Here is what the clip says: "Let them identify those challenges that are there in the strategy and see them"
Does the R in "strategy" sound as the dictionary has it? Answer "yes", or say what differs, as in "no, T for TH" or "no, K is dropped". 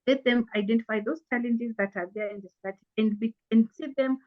no, R is dropped